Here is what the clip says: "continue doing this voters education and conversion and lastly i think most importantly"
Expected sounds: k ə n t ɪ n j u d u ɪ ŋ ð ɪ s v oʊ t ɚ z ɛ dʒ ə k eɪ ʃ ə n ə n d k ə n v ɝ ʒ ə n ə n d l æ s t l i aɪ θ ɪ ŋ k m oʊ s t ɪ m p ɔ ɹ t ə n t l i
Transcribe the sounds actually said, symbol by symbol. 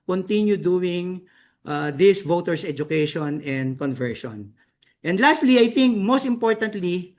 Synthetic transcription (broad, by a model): k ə n t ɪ n j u d u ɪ ŋ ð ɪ s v oʊ t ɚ s ɛ dʒ ə k eɪ ʃ ə n ə n d k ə n v ɝ ʃ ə n ə n d l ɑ s t l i aɪ θ ɪ ŋ k m oʊ s t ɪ m p ɔ ɹ t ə n t l i